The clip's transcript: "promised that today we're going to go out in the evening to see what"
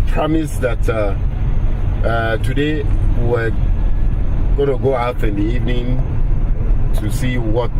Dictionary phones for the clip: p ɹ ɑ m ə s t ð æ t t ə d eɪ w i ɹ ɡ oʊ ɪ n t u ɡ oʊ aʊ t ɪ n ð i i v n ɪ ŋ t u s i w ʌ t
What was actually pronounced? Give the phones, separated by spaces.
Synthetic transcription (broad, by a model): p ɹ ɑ m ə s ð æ t t ə d eɪ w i w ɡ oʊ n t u ɡ oʊ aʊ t ɪ n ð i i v n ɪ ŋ t u s i w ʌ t